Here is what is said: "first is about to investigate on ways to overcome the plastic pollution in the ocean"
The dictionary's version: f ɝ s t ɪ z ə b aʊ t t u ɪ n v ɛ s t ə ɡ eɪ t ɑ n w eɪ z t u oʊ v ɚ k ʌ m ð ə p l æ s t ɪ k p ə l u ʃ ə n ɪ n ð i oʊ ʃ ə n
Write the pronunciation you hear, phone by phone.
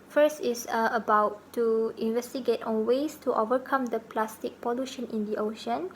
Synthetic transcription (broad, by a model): f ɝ s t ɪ s ə b aʊ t t u ɪ n v ɛ s t ə ɡ eɪ t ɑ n w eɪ s t u oʊ v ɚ k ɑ m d ə p l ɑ s t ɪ k p ə l u ʃ ə n ɪ n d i oʊ ʃ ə n